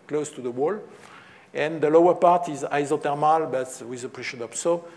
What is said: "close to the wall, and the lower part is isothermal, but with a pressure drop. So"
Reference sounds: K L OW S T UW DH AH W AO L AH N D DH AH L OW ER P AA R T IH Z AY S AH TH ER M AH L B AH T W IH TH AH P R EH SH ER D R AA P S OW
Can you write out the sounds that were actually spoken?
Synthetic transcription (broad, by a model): K L OW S T UW DH AH W AO L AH N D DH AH L OW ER P AA R T IH Z AY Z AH T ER M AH L B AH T W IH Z AH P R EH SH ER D AA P S OW